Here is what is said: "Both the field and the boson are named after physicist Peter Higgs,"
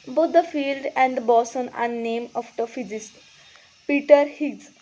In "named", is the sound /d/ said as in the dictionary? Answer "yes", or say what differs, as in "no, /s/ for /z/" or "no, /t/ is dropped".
no, /d/ is dropped